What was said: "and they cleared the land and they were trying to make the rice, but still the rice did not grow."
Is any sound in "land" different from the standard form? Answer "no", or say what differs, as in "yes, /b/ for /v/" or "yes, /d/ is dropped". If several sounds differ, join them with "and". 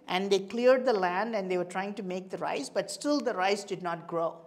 no